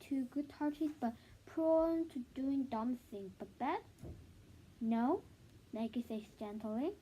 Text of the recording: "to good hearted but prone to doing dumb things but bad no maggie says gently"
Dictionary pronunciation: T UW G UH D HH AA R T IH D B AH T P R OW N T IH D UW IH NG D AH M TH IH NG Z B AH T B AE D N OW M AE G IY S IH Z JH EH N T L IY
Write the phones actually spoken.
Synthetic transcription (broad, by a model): T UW G UH D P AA R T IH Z B AH T P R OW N T IH D UW IH NG D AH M S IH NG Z B AH T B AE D N OW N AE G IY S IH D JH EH N T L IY